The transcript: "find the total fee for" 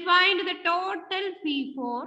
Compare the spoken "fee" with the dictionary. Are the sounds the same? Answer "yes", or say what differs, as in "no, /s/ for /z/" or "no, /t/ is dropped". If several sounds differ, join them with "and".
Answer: no, /p/ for /f/